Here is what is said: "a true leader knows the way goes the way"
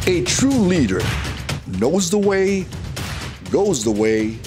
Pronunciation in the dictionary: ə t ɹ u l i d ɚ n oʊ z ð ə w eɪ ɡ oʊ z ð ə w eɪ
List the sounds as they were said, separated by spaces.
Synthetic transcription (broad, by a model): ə t ɹ u l i d ɚ n oʊ z ð ə w eɪ ɡ oʊ z ð ə w eɪ